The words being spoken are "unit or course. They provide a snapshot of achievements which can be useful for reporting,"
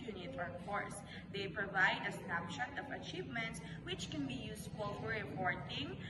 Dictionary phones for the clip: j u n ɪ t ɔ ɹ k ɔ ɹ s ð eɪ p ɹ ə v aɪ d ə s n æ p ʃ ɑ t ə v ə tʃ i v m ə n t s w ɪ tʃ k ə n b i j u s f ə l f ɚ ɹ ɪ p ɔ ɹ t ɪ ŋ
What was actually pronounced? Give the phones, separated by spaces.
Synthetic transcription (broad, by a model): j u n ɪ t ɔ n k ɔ ɹ s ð eɪ p ɹ ə v aɪ d ə s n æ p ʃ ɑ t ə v ə tʃ i v m ə n t s w ɪ tʃ k ə n b i j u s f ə l f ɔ ɹ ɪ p ɔ ɹ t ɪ ŋ